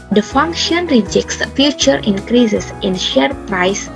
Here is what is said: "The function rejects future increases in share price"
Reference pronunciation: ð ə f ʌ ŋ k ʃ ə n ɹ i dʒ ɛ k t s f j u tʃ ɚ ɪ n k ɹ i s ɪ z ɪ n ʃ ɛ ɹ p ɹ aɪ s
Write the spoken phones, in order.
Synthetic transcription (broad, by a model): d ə f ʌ ŋ k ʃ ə n ɹ i dʒ ɛ k t s f j u tʃ ɚ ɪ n k ɹ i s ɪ s ɪ n ʃ ɛ ɹ p ɹ aɪ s